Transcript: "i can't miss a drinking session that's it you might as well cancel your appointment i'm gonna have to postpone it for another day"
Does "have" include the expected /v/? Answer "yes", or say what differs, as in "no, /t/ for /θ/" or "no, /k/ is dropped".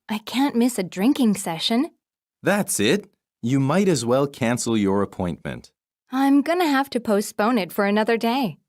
no, /f/ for /v/